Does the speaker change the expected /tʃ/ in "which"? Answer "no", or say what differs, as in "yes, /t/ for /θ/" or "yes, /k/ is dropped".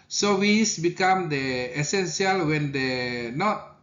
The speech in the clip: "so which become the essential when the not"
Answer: yes, /s/ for /tʃ/